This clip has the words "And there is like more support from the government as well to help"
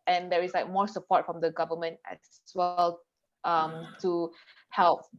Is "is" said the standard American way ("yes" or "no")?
no